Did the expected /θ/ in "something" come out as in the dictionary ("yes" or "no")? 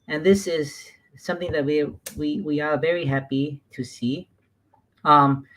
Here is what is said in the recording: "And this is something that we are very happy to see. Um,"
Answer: yes